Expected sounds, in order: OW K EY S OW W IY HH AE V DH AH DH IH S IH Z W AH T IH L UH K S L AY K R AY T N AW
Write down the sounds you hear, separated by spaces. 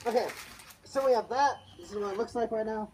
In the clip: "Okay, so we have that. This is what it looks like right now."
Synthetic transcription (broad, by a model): OW K EY S OW W IY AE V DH DH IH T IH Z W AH IH L UH K S N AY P R AY T N AW